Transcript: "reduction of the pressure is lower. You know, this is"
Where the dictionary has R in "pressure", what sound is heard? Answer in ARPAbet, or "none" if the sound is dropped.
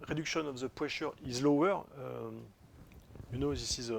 W